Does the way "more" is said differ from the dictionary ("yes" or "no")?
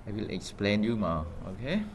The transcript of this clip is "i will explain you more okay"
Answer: yes